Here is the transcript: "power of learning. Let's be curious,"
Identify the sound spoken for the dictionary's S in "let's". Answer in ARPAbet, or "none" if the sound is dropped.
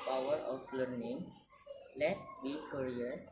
none